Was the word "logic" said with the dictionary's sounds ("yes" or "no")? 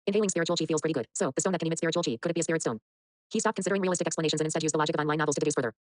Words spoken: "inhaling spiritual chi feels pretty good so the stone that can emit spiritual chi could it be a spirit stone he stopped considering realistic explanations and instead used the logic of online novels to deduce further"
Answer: yes